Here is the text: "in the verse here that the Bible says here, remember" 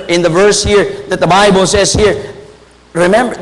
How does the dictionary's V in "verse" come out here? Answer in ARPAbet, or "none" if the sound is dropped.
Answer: V